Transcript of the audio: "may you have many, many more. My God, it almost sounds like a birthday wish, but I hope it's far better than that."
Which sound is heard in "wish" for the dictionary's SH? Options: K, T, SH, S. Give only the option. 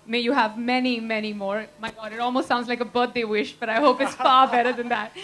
SH